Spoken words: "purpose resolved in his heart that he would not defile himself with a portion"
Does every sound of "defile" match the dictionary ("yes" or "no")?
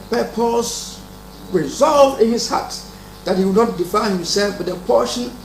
no